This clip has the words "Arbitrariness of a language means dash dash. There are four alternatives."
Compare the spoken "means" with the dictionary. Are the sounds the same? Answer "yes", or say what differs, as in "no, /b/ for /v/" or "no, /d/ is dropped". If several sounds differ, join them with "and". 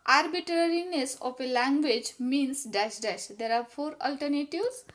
no, /s/ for /z/